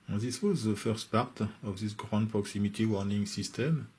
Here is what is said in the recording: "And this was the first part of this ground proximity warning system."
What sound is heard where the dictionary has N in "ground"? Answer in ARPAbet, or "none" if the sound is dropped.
none